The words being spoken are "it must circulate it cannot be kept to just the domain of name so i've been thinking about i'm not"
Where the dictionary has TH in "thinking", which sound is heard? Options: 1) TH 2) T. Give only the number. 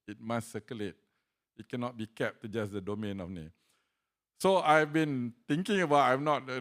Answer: 2